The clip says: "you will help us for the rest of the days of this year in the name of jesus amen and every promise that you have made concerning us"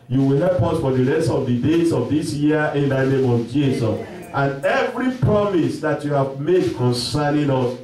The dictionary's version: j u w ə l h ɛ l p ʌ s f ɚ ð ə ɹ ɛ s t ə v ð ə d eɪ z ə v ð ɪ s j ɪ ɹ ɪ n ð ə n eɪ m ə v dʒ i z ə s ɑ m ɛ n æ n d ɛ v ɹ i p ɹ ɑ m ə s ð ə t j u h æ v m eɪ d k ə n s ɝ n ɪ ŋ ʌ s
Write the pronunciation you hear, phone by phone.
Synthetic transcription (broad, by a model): j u w ə l h ɛ l p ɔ s f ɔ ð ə ɹ ɛ s t ə v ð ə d eɪ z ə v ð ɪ s j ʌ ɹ ɪ n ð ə n eɪ m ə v dʒ i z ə s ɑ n n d ɛ v ɹ i p ɹ ɑ m ə s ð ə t j u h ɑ v m eɪ d k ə n s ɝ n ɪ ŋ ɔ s